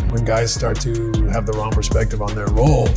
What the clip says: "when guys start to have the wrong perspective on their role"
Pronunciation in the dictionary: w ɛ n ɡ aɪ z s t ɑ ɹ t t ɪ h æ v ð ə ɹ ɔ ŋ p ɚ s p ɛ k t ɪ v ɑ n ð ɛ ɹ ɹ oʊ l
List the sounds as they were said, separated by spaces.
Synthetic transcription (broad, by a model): w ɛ n ɡ aɪ z s t ɑ ɹ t t ɪ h v ð ə ɹ ɔ ŋ p ɚ s p ɛ k t ɪ v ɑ n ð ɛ ɹ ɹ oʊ l